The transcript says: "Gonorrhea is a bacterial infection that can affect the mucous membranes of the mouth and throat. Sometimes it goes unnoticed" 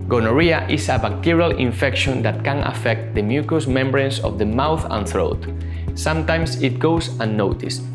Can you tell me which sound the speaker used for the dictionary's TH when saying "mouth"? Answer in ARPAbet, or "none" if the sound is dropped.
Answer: TH